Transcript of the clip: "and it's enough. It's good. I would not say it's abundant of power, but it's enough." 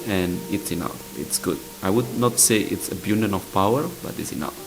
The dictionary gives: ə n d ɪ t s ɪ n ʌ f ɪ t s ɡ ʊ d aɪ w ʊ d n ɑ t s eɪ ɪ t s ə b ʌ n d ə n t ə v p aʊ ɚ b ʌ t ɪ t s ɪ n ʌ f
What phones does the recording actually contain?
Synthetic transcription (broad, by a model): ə n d ɪ t s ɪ n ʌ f ɪ t s ɡ ʊ d aɪ w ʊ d n ɑ t s eɪ ɪ t s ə b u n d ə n ə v p aʊ ɚ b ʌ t ɪ t s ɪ n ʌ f